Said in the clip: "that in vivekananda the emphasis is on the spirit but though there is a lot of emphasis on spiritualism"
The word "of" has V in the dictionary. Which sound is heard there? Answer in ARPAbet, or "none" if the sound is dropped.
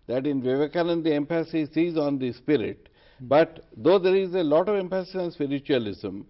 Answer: V